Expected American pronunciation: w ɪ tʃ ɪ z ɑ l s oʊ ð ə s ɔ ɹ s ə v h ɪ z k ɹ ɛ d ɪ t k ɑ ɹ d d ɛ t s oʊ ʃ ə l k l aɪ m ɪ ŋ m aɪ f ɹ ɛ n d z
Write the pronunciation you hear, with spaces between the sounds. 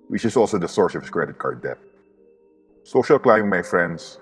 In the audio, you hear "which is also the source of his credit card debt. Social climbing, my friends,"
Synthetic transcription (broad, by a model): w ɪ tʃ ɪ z ɑ l s oʊ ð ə s ɔ ɹ s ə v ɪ s k ɹ ɛ d ɪ t k ɑ ɹ d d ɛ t s oʊ ʃ ə l k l aɪ ɪ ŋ m aɪ f ɹ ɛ n d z